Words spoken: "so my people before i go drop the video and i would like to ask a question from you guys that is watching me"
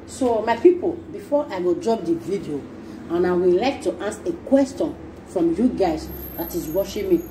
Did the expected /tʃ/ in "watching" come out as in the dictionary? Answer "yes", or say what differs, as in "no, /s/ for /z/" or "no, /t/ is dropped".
no, /ʃ/ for /tʃ/